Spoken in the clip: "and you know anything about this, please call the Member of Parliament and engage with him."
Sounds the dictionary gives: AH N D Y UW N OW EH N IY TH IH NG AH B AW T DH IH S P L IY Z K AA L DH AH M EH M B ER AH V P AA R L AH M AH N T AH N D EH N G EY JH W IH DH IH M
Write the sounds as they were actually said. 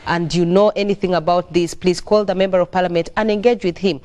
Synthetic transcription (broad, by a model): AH N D Y UW N OW EH N IY TH IH NG AH B AW T DH IH S P L IY Z K AA L DH AH M EH M B ER AH V P AA R L AH M AH N T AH N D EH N G EY JH W IH DH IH M